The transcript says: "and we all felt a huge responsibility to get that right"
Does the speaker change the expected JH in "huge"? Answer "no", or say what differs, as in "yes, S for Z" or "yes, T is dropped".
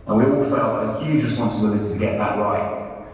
no